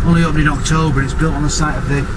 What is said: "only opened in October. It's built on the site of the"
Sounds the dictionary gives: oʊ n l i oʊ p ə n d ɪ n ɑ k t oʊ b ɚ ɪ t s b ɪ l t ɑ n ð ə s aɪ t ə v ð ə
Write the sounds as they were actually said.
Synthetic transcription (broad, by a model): oʊ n l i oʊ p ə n ɪ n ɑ k t oʊ b ɚ ɪ t s b ɪ l t n ð ə s aɪ t ə v ð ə